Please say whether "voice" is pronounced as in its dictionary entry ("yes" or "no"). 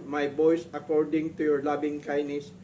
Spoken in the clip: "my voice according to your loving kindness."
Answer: no